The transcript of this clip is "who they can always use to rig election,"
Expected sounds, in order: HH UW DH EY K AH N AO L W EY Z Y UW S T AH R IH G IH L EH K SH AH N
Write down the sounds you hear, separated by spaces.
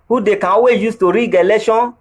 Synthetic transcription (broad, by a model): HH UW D EY K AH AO W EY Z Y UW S T AH R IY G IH L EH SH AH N